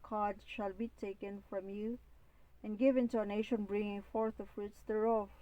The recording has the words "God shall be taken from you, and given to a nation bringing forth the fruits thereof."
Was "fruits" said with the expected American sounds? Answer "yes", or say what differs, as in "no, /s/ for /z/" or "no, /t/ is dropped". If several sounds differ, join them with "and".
yes